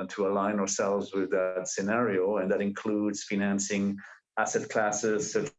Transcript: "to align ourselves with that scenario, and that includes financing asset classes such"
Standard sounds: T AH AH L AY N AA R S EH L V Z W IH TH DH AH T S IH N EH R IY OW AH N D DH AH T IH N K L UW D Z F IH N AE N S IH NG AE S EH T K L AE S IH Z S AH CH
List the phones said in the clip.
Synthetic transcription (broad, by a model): T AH AH L AY N AA R S EH L V Z W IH DH AH T S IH N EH R IY OW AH N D DH AH T IH N K L UW D Z F IH N AE N S IH NG AE S EH T K L AE S IH Z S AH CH